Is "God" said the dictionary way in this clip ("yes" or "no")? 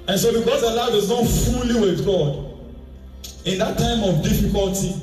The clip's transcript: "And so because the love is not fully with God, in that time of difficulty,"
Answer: yes